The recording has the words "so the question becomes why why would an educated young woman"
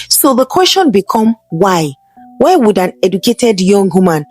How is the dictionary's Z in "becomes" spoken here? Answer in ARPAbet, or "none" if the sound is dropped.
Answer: none